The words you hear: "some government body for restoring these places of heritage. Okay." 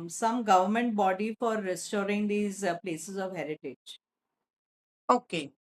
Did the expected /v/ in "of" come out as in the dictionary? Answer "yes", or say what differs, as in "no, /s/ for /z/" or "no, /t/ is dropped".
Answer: yes